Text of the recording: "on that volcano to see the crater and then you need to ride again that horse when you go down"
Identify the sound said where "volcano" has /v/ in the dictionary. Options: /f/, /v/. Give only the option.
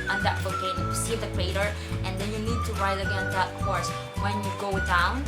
/f/